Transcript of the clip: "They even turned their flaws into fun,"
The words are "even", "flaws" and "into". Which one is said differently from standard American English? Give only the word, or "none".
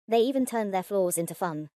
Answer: none